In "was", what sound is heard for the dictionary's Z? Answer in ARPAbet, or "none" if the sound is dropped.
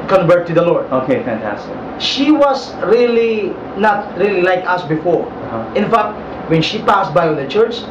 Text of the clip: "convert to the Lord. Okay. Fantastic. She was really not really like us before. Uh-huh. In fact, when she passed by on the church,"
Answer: S